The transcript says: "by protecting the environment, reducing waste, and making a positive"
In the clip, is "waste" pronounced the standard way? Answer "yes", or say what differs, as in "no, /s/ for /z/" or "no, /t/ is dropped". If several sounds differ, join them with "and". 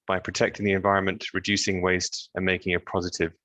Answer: yes